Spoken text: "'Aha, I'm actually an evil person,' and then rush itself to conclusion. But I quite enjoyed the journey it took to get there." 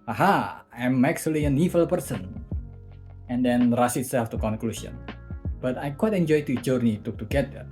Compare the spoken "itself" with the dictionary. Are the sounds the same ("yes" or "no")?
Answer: no